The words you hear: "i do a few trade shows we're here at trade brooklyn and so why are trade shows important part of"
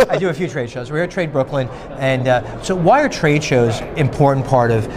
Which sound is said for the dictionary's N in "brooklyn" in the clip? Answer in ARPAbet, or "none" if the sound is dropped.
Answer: N